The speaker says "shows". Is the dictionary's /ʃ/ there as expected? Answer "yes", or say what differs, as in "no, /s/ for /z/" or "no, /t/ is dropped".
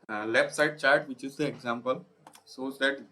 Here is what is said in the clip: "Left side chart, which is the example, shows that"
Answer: no, /s/ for /ʃ/